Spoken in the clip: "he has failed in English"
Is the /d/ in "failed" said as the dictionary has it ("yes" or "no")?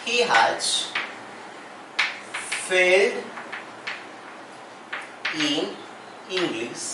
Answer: yes